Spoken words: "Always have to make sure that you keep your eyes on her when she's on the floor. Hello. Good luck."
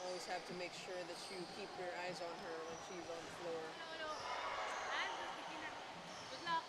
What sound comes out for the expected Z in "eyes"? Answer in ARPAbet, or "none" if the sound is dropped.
Z